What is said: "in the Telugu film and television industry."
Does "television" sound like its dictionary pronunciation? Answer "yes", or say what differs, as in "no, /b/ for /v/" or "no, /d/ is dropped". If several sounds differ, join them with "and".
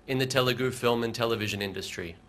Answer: yes